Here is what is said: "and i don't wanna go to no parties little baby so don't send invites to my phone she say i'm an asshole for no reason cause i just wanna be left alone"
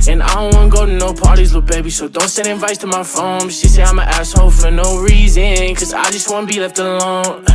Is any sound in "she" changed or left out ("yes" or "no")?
yes